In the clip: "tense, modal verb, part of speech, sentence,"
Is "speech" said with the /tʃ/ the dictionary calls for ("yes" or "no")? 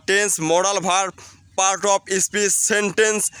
no